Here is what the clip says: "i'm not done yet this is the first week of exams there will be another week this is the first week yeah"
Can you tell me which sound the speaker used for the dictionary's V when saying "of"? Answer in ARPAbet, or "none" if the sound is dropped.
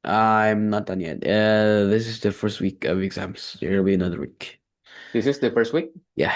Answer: V